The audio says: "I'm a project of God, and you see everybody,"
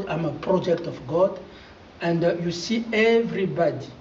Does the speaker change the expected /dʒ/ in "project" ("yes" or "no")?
no